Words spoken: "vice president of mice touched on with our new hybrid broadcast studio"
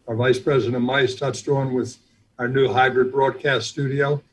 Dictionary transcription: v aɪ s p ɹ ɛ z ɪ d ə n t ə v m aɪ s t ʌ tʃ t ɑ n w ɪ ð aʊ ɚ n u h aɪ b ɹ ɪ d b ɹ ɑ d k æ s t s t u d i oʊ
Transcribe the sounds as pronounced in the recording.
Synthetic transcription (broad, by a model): v aɪ s p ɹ ɛ z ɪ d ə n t m aɪ s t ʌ s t ɑ n w ɪ ð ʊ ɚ n u h aɪ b ɹ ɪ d b ɹ ɑ d k æ s t s t u d i oʊ